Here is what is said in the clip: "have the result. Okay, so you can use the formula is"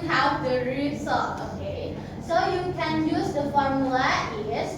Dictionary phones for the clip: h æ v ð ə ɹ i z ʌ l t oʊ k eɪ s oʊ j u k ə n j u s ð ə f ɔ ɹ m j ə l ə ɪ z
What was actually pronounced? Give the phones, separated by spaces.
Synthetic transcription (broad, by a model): h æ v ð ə ɹ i s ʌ t oʊ k eɪ s oʊ j u k ə n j u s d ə f ɔ ɹ m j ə l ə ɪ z